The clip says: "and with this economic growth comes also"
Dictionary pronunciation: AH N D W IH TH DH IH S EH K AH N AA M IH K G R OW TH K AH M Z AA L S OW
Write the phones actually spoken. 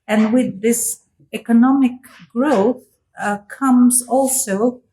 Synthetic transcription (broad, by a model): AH N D W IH DH IH S EH K AH N AA M IH K G R OW TH K AH M Z AA L S OW